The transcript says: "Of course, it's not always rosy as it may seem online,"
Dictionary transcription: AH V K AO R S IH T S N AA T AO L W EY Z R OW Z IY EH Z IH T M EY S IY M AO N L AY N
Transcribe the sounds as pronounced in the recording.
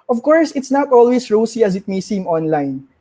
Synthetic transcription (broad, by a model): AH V K AO R S IH T S N AA T AO L W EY S R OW S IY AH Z IH T M EY S IY M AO N L AY N